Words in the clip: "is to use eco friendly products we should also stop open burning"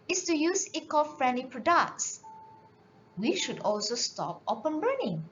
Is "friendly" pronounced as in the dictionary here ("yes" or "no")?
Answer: yes